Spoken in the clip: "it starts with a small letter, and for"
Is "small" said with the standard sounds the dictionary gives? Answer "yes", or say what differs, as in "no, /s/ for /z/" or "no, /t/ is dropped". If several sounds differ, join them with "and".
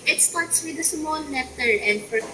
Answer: no, /n/ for /l/